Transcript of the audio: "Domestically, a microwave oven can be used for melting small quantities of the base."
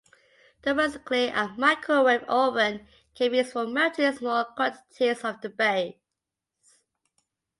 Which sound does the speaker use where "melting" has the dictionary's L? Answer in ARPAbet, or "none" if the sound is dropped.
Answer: none